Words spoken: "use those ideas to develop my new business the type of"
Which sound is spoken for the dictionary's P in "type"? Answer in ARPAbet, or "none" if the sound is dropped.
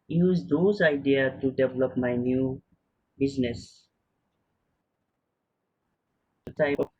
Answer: none